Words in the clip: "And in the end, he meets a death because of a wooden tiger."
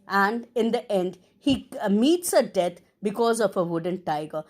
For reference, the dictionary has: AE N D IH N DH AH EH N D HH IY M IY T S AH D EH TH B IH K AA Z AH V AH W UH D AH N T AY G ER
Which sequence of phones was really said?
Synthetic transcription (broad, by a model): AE N D IH N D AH EH N D HH IY M IY T S AH D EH T B IH K AA Z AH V AH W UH D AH N T AY G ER